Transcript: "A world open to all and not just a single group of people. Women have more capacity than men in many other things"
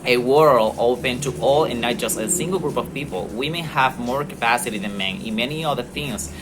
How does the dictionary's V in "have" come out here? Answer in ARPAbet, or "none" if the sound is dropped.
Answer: V